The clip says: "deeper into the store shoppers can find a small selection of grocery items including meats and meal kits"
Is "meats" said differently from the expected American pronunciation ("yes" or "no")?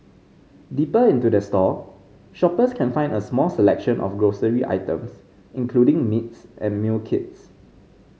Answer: no